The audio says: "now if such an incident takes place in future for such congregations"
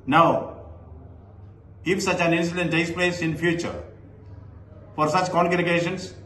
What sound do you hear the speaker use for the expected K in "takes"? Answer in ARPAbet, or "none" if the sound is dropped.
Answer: none